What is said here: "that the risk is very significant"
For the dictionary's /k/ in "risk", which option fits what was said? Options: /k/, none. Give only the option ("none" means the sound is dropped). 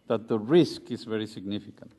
/k/